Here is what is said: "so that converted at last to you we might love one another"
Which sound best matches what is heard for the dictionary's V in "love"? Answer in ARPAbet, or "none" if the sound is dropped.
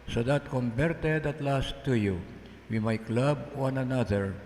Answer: B